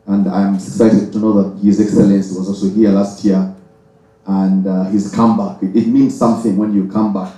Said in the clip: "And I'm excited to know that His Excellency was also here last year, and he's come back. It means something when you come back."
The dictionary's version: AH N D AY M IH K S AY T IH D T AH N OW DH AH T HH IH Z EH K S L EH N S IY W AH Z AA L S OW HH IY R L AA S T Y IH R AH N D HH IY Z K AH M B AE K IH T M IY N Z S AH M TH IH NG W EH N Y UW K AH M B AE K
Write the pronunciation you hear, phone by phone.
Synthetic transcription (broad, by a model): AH N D AY M IH K S AY T IH D T AH N OW DH AH T HH IH Z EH K S L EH N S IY W AH Z AA L S OW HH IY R L AA S T Y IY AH AH N D HH IY Z K AH M B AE K IH T M IY N Z S AH M TH IH NG W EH N Y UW K AH M B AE K